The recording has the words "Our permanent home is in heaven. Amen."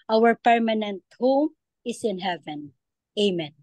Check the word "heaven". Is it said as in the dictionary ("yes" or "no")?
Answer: yes